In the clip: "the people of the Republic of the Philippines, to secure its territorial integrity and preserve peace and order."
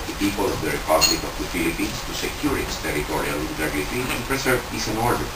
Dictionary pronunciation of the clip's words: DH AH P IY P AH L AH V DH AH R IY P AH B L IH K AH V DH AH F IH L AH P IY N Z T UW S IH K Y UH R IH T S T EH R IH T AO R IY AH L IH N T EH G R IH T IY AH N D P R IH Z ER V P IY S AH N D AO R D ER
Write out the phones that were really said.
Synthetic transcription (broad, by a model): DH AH P IY P AH L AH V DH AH R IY P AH B L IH K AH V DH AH F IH L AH P IY N S T UW S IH K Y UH R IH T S T EH R IH T AO R IY AH L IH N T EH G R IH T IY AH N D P R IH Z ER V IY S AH N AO R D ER